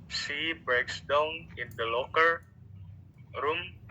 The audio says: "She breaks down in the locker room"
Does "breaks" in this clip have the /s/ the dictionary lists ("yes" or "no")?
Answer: yes